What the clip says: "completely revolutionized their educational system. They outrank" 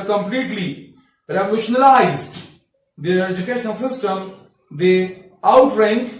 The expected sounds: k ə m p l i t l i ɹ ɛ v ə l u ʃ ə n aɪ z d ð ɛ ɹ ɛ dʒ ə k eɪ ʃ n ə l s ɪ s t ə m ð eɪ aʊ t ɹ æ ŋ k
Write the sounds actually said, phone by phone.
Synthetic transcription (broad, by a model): k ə m p l i t l i ɹ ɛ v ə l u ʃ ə n aɪ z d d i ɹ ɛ dʒ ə k eɪ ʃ ə n s ɪ s t ə m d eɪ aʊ t ɹ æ ŋ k